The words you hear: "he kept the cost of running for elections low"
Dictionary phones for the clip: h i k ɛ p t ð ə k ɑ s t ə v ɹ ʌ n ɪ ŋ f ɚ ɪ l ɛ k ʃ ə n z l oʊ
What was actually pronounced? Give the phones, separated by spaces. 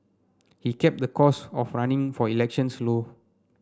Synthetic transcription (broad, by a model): h i k ɛ p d ə k ɑ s ə f ɹ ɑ n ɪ ŋ f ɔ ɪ l ɛ k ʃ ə n s l oʊ